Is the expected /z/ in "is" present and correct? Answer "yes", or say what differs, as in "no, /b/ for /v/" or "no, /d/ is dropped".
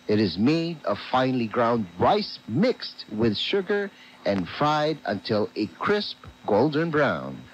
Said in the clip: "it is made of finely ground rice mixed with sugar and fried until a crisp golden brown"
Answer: yes